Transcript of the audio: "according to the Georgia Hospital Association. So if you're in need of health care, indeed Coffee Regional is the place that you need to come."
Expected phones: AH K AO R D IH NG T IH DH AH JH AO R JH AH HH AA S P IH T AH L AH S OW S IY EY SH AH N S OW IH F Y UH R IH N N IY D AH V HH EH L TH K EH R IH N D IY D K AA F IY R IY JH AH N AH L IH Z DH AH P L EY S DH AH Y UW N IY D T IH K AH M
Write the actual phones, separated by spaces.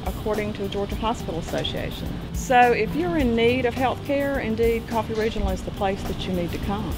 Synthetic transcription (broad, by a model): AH K AO R D IH NG T IH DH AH JH AO R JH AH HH AA S P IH T L AH S OW S IY EY SH AH N S OW IH F Y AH R IH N N IY D AH V HH EH L TH K EH R IH N D IY D K AA F IY R IY JH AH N L IH Z DH AH P L EY S DH AH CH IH N IY D T IH K AH M